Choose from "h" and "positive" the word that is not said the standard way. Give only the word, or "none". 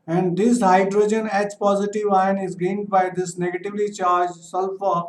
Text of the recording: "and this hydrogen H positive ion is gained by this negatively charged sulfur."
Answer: h